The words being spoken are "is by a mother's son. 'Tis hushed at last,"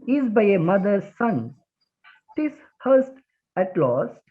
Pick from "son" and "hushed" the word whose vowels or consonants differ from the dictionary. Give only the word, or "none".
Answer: hushed